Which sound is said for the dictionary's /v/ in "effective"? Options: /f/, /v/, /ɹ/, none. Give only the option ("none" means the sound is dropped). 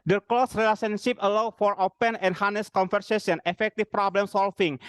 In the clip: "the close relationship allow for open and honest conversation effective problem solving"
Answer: /f/